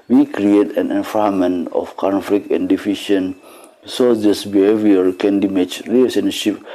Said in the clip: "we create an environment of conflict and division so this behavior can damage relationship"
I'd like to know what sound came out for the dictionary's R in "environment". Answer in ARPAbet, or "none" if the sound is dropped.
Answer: none